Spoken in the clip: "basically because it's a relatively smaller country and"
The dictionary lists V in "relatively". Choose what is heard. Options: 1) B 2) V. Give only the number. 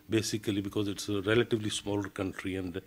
2